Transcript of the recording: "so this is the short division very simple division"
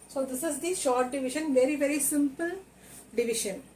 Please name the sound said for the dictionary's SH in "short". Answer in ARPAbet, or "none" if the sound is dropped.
SH